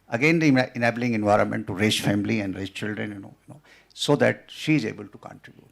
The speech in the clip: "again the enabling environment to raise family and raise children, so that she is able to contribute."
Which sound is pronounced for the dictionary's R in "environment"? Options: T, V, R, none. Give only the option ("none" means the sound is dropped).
R